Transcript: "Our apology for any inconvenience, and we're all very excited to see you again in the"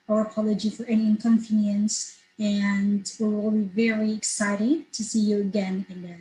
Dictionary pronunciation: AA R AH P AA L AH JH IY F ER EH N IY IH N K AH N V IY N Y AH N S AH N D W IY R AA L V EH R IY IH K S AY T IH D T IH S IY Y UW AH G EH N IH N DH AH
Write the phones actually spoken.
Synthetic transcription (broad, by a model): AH R AH P AA L AH JH IY F ER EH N IY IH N K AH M V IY N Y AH N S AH N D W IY W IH L V EH R IY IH K S AY T IH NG T IH S IY Y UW AH G EH N IH N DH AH